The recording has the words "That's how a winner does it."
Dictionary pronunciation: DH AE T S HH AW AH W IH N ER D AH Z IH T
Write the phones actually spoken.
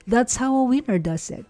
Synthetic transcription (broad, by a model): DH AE T S HH AW AH W IH N ER D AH S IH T